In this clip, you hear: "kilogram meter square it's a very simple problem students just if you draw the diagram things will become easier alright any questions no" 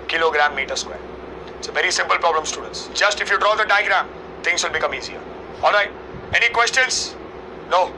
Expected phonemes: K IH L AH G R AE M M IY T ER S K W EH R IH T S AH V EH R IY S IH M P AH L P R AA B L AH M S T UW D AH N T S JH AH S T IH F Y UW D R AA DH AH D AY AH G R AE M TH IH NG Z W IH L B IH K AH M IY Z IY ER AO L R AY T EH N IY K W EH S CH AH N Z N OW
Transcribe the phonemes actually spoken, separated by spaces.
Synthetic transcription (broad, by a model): K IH L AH G R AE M M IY T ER S K W EH R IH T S AH V EH R IY S IH M P AH L P R AA B L AH M S T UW D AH N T S JH AH S T IH F Y UW D R AA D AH D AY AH G R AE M T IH NG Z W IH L B IH K AH M IY Z IY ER AO L R AY T EH N IY K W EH S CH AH N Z N OW